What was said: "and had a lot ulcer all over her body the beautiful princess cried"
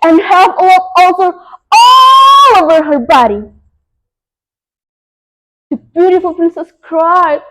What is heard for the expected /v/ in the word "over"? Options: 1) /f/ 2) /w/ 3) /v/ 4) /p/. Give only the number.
3